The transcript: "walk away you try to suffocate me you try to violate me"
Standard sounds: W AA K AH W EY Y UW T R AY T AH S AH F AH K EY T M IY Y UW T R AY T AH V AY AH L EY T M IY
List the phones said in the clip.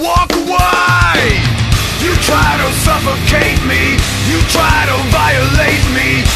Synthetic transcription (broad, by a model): W AA K W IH Y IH T R AY T AH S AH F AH K EY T M IY Y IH T R AY T AH B AY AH L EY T M IY